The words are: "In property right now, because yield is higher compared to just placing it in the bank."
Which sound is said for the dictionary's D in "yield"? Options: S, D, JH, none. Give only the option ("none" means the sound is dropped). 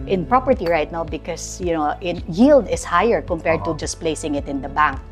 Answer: D